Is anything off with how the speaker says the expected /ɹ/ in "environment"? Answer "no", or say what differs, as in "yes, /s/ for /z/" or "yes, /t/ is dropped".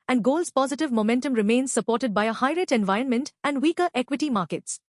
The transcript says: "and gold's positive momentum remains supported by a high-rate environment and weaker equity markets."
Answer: no